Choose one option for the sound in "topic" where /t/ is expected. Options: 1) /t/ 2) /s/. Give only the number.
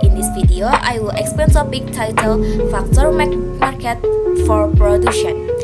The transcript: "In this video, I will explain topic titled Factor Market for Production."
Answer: 2